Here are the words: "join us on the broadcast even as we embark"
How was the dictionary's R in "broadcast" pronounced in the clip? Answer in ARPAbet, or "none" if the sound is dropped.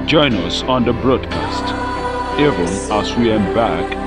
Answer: R